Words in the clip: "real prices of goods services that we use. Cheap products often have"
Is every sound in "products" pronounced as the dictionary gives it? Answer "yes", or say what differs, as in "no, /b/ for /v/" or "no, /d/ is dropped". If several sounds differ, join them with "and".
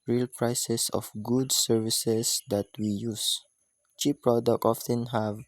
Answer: no, /s/ is dropped